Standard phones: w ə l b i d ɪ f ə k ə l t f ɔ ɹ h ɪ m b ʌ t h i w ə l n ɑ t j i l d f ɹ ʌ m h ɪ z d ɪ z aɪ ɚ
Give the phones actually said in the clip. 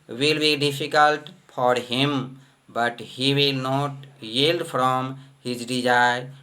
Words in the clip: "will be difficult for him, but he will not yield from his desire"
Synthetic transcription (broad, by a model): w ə l b i d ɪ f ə k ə l t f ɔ ɹ h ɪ m b ʌ t h i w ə l n ɑ t j i l d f ɹ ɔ m h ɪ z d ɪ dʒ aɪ